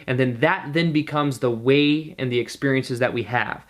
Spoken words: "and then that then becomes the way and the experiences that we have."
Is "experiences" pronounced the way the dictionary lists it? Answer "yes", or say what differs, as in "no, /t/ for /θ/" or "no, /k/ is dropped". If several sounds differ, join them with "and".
yes